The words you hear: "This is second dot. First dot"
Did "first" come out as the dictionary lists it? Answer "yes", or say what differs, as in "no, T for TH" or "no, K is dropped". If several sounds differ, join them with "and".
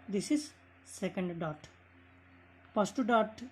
no, P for F